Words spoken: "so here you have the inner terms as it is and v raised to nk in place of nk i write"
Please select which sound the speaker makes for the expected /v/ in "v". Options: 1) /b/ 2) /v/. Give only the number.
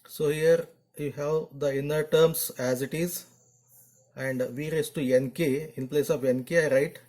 2